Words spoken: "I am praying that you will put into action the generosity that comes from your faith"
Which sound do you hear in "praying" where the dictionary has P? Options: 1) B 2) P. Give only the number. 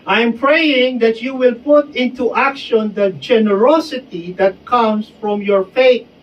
2